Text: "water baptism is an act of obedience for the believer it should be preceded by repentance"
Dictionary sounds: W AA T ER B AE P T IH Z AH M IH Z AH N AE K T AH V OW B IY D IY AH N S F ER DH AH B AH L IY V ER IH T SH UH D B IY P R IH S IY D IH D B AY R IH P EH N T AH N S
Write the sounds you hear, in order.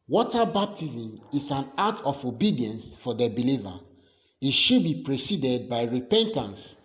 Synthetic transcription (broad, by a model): W AA T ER B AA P T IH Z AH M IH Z AH N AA T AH F OW B IY D IY AH N S F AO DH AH B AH L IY V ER IH T SH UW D B IY P R IH S IY D IH D B AY R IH P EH N T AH N S